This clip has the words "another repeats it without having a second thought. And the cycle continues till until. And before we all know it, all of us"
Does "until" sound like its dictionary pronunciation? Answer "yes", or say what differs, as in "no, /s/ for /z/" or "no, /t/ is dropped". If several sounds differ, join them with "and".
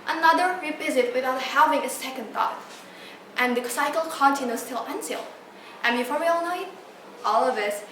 no, /s/ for /t/